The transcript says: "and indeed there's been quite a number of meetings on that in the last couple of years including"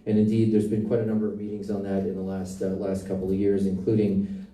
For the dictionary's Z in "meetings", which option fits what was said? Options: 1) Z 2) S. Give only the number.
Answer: 1